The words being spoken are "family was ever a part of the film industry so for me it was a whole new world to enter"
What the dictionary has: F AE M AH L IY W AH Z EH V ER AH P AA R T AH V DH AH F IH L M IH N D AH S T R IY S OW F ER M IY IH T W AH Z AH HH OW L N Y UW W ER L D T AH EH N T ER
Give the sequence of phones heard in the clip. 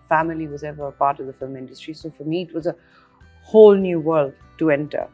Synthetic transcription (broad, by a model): F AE M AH L IY W AH Z EH V ER AH P AA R T AH V DH AH F IH L M IH N D AH S T R IY S OW F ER M IY IH T W AH Z AH HH OW L N Y UW W ER L D T AH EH N T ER